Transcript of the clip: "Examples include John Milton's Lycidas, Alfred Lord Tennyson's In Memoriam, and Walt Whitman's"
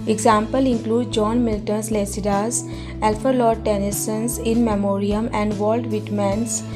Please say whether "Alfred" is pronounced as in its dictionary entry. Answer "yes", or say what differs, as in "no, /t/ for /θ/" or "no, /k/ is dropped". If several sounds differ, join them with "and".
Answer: no, /ɹ/ is dropped